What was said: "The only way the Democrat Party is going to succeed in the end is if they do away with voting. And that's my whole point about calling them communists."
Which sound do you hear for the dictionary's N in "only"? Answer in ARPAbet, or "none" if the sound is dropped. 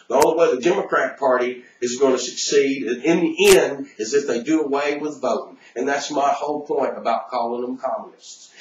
none